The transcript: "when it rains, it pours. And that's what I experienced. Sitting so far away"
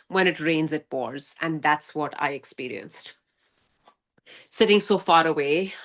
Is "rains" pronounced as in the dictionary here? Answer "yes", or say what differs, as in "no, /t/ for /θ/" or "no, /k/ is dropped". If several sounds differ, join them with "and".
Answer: yes